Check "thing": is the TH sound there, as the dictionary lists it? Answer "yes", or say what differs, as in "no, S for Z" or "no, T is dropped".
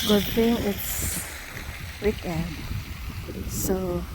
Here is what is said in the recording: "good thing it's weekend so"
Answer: no, F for TH